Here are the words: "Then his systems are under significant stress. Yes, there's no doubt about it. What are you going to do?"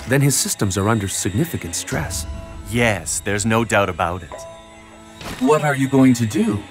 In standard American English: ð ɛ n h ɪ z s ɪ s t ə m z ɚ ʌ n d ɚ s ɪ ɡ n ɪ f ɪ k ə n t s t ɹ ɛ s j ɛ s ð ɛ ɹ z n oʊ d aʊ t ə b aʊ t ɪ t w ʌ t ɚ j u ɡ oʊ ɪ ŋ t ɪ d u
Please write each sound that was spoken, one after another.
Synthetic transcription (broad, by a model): ð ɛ n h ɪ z s ɪ s t ə m z ɚ ʌ n d ɚ s ɪ ɡ n ɪ f ɪ k ə n t s t ɹ ɛ s j ɛ s ð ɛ ɹ z n oʊ d aʊ t ə b aʊ t ɪ t w ʌ t ɚ j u ɡ oʊ ɪ ŋ t ɪ d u